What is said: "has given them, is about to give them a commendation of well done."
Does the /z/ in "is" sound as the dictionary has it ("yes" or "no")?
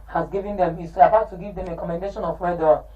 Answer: no